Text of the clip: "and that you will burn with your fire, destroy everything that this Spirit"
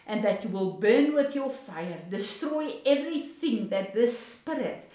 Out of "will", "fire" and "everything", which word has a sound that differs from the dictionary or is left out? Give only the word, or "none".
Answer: none